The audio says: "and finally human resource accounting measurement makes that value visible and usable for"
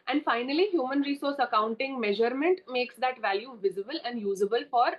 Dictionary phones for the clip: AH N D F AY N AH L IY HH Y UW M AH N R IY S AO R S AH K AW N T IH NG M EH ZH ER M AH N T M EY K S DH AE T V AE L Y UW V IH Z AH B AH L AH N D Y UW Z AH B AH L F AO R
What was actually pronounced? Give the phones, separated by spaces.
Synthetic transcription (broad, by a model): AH N D F AY N AH L IY HH Y UW M AH N R IY S AO R S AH K AW N T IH NG M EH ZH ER M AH N T M EY K S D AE T V AE L Y UW V IH Z AH B AH L AH N D Y UW Z AH B AH L F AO R